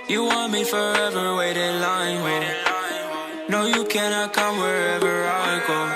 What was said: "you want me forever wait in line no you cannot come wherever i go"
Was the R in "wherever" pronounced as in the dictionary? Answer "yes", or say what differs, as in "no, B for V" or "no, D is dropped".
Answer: yes